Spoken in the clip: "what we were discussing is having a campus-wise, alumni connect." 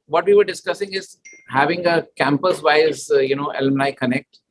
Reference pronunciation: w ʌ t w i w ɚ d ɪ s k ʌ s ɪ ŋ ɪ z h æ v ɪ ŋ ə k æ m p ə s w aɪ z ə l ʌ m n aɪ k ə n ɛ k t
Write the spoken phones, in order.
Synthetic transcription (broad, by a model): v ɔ t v i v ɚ d ɪ s k ʌ s ɪ ŋ ɪ z h æ v ɪ ŋ ə k æ m p ə s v aɪ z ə n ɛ m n aɪ k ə n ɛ k t